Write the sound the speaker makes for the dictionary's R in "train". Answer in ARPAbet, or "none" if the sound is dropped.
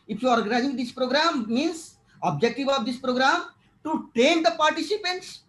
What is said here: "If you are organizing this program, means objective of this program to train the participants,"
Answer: none